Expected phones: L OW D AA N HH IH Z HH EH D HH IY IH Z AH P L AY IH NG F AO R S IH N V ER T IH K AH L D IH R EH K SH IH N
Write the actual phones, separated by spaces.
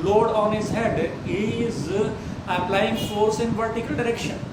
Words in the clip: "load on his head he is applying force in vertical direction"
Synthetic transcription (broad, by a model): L OW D AA N HH IH Z HH EH D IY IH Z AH P L AY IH NG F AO R S IH N P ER T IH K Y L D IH R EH K SH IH N